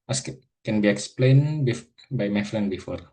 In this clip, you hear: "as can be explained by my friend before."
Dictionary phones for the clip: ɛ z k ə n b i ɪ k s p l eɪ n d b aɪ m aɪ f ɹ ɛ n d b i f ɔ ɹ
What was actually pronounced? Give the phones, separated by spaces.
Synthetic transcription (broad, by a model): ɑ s k ə n b i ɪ k s p l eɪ n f b aɪ m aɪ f l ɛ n b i f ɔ ɹ